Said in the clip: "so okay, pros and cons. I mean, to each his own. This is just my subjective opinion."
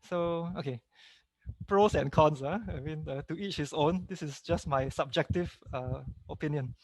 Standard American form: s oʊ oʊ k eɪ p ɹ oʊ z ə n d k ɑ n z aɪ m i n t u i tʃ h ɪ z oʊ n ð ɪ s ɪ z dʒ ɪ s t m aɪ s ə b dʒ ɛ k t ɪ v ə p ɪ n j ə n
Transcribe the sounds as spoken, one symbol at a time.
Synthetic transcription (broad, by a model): s oʊ oʊ k eɪ p ɹ oʊ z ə n k ɑ n s aɪ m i n t u i tʃ h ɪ s oʊ n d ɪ s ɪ s dʒ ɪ s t m aɪ s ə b dʒ ɛ k t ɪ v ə p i n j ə n